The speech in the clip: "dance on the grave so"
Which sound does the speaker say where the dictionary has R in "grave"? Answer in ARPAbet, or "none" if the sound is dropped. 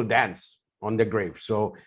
R